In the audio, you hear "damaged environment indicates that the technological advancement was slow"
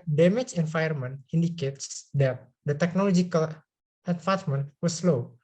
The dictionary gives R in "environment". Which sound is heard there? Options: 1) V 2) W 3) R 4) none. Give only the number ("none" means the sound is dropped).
4